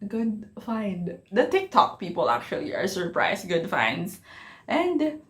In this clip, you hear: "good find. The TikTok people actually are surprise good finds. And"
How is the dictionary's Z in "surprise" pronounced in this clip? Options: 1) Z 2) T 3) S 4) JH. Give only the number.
3